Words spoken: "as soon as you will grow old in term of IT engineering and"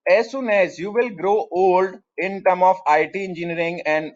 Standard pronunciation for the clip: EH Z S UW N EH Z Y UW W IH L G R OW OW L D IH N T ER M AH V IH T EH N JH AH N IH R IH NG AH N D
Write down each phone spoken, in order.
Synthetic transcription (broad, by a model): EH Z S UW N EH Z Y UW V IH L G R OW OW L D IH N T ER M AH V IH T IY N JH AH N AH R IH NG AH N D